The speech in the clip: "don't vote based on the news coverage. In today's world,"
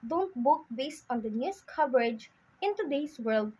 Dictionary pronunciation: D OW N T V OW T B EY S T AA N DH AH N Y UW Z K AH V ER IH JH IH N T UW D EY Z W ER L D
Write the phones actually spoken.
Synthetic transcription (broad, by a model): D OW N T B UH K B EY S T AA N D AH N Y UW S K AH V ER IH JH IH N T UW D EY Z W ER L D